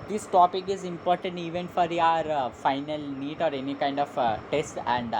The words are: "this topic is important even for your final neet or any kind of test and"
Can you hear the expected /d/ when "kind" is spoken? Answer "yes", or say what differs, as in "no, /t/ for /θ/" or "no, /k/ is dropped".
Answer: yes